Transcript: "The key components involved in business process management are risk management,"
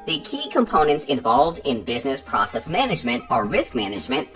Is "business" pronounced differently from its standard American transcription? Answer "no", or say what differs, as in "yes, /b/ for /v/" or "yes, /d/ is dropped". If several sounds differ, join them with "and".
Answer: no